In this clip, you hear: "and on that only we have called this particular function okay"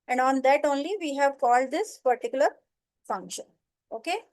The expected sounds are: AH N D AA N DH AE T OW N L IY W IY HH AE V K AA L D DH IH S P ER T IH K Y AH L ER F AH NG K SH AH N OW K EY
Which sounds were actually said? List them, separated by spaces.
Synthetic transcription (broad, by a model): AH N D AA N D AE T OW N L IY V IY HH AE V K AA L D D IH S P ER T IH K Y AH L ER F AH NG K SH AH N OW K EY